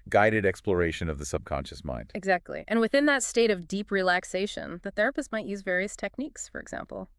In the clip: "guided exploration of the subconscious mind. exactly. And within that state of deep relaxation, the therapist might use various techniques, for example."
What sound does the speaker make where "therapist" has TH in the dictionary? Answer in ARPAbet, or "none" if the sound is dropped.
TH